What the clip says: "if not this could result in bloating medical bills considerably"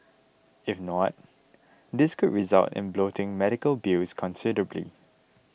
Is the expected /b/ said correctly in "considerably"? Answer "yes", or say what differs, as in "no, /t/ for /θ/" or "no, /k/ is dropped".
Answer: yes